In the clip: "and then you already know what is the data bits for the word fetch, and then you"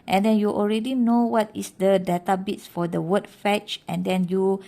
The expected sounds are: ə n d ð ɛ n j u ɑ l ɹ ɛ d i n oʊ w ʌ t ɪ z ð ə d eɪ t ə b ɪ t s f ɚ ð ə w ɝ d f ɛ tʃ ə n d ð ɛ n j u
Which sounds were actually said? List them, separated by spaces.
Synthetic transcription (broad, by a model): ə n d ɛ n j u ɑ l ɹ ɛ d i n oʊ w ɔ t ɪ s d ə d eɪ t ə b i t s f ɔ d ə w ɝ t f ɛ tʃ ə n d ɛ n j u